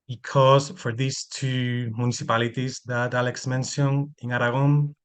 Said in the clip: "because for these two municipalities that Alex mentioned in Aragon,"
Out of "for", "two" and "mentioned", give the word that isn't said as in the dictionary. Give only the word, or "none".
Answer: mentioned